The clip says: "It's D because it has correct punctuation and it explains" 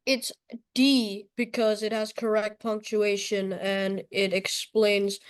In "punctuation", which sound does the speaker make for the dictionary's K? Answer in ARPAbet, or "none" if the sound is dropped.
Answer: K